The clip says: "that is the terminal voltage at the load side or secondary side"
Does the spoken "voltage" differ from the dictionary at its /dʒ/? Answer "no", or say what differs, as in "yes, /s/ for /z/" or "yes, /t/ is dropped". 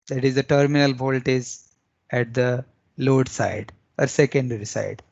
yes, /z/ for /dʒ/